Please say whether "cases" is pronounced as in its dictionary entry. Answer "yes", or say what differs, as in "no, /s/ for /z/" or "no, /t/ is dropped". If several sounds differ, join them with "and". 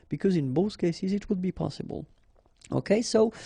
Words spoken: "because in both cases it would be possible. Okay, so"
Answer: yes